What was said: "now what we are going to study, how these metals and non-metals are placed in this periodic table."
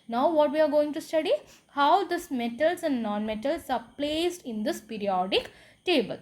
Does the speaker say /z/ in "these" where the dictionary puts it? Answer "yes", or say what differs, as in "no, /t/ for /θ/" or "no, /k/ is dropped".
no, /s/ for /z/